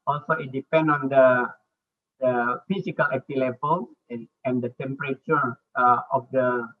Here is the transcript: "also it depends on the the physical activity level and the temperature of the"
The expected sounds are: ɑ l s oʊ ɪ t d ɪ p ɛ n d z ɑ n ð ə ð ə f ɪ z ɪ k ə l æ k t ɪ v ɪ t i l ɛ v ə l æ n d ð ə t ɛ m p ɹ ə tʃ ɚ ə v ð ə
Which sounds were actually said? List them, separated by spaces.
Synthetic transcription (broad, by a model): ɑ l s oʊ ɪ t d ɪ p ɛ n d ɑ n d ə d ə f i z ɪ k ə l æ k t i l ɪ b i l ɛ ə n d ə t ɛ m p ɹ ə tʃ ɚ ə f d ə